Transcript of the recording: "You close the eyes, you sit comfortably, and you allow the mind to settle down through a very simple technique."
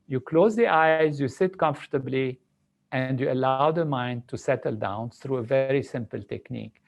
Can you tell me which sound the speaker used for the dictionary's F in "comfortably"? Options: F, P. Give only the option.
F